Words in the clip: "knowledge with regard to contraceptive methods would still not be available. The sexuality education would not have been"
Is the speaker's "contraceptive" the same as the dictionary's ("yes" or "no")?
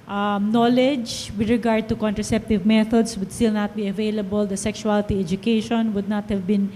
yes